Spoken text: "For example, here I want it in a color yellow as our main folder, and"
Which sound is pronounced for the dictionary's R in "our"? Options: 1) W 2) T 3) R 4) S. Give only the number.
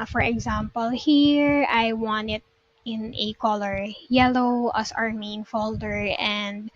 3